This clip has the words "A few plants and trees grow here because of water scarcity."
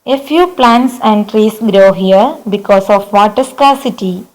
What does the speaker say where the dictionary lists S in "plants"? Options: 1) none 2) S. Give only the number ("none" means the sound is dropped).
2